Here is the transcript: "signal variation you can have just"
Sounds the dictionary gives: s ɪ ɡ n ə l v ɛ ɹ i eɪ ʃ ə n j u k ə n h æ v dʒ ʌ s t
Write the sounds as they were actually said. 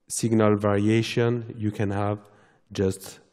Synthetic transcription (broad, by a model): s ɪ ɡ n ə l v ɛ ɹ i eɪ ʃ ə n j u k ə n h æ v dʒ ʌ s t